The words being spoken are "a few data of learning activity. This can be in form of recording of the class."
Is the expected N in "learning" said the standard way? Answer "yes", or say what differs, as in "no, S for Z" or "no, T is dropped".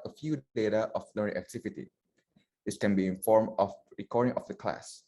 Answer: no, N is dropped